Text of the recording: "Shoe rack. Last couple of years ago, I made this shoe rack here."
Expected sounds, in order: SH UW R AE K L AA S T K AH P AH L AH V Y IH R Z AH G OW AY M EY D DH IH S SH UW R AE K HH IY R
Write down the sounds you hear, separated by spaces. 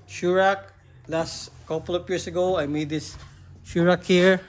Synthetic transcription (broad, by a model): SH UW R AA K L AA S T K AH P AH L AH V Y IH R S AH G OW AY M EY D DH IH S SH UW R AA K HH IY R